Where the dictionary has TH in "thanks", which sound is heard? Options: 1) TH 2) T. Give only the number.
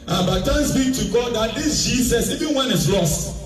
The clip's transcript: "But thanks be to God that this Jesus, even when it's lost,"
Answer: 2